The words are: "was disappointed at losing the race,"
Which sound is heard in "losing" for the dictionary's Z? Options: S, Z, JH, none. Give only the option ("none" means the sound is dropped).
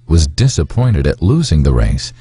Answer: Z